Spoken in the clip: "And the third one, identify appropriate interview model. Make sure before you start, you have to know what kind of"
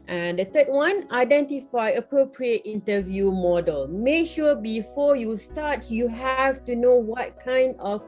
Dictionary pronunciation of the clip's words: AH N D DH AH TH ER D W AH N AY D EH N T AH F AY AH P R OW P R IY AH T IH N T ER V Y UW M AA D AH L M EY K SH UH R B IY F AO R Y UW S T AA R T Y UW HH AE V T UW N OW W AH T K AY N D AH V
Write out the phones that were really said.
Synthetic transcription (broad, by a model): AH N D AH T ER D W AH N AY D EH N T AH F AY AH P R OW P R IY AH T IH N T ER V Y UW M AA D AH L M EY K SH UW B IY F AO Y UW S T AA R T Y UW HH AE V T UW N OW W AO T K AY N D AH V